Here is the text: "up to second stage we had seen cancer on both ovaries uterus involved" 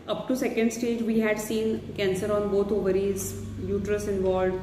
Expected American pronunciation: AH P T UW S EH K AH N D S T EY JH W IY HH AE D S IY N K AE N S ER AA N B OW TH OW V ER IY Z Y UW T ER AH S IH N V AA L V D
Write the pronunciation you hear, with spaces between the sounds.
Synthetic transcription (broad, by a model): AH P T UW S EH K AH N D S T EY JH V IY HH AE D S IY N K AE N S ER AA N B OW T OW V ER IY Z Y UW T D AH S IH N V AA L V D